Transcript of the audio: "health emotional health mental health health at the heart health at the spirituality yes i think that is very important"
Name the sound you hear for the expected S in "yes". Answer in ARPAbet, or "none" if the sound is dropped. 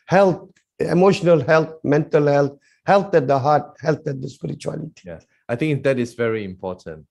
none